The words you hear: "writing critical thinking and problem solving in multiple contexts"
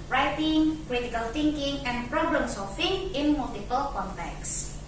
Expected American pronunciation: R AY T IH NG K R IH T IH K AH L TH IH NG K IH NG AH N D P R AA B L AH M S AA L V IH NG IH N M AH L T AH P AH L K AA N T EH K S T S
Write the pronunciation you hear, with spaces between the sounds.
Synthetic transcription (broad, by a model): R AY T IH NG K R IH T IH K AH L T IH NG K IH NG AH N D P R AA B L AH M S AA L F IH NG IH N M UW L T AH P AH L K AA N T EH K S S